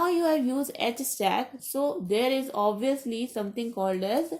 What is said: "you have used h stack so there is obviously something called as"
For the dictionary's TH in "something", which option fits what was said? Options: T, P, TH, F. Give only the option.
T